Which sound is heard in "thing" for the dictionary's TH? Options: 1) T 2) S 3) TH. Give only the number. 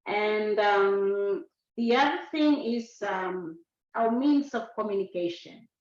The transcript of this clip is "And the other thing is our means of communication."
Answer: 3